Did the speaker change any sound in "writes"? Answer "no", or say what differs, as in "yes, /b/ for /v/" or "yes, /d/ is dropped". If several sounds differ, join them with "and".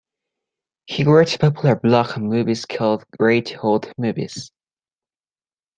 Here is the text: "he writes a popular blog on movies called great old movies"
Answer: yes, /s/ is dropped